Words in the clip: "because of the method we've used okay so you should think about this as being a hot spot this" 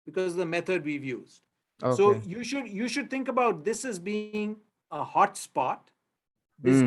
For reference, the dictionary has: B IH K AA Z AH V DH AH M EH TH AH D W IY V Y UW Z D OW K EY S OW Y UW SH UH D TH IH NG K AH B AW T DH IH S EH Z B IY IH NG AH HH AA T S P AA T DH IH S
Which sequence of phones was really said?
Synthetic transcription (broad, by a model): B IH K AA Z AH V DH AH M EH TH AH D W IY V Y UW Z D OW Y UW SH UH Y UW SH UH D T IH NG K AH B AW T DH IH S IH Z B IY IH NG AH HH AA T S P AA T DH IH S